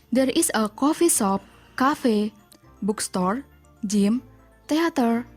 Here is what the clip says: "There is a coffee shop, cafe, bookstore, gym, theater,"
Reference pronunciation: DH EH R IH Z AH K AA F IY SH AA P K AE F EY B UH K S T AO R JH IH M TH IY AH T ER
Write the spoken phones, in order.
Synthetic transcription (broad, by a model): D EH R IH S AH K AA F IY S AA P K AE F EY B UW K S T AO R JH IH M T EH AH T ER